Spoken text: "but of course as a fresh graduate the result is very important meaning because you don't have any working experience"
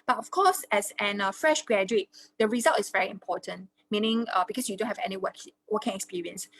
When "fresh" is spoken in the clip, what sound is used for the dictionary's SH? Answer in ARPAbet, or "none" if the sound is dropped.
SH